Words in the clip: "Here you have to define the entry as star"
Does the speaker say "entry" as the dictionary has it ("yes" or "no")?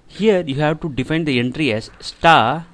yes